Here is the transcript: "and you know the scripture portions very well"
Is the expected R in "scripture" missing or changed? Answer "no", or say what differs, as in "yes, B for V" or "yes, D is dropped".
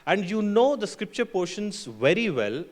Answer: no